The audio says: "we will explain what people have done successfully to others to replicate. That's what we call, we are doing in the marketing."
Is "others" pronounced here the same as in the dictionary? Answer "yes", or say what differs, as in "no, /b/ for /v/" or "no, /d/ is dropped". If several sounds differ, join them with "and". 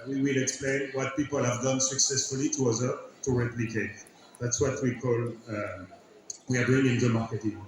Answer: no, /z/ is dropped